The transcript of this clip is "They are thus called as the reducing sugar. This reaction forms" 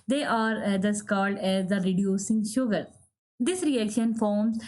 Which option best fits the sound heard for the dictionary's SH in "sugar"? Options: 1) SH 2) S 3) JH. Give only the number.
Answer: 1